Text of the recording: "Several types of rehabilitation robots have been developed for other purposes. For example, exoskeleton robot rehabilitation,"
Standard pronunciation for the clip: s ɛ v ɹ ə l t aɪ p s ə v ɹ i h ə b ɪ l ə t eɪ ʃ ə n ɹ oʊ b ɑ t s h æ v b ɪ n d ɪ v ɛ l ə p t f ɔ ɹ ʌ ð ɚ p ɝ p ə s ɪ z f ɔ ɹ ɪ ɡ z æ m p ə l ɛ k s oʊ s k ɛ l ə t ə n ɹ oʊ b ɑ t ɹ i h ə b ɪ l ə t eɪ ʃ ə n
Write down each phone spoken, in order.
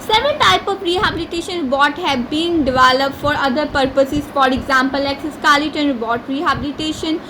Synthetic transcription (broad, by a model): s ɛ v ɹ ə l t aɪ p ə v ɹ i h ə b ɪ l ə t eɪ ʃ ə n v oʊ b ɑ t h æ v b ɪ n d ɪ v ɛ l ə p t f ɔ ɹ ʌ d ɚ p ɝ p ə s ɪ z f ɔ ɹ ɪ ɡ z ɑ m p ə l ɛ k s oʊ s k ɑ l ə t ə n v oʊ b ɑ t ɹ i h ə b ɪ l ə t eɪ ʃ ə n